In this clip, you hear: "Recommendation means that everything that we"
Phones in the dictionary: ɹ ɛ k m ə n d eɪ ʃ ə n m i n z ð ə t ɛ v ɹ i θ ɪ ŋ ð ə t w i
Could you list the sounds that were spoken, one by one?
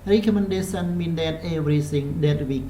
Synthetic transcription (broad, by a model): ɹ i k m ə n d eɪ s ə n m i n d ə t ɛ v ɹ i s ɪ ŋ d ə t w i